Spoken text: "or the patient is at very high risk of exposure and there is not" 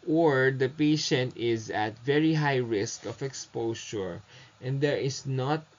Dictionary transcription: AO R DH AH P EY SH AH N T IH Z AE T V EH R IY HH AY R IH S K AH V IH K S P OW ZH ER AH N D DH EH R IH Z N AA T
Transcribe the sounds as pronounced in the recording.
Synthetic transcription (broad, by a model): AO R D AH P EY SH AH N T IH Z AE T V EH R IY HH AY R IH S K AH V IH K S P OW SH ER AH N D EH R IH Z N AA T